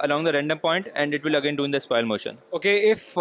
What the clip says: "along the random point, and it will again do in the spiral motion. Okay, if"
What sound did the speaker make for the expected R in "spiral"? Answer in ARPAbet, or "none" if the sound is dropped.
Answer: none